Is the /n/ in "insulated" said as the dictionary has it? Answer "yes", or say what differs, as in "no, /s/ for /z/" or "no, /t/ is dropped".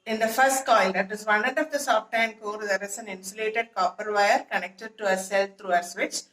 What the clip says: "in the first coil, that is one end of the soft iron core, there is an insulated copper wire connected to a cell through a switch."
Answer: yes